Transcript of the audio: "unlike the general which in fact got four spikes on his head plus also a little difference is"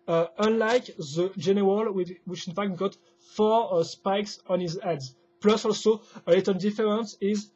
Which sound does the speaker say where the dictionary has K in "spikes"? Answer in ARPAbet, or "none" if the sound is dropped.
K